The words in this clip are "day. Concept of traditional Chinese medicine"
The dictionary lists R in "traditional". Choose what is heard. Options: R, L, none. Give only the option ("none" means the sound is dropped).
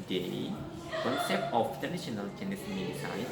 none